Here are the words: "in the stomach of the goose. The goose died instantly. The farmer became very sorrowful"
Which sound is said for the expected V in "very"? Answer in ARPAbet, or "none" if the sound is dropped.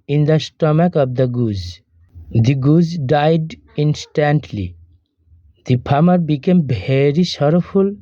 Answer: B